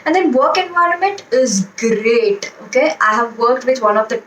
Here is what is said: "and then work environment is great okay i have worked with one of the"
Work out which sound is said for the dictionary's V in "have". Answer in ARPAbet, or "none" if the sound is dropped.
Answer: V